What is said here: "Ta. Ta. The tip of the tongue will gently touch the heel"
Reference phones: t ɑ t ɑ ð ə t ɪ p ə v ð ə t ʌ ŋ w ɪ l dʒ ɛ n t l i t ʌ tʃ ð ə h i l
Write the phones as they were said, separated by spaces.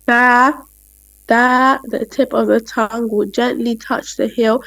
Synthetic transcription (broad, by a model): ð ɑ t ð ə t ɪ p ə v ð ə t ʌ ŋ w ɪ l dʒ ɛ n t l i t ʌ tʃ ð ə h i l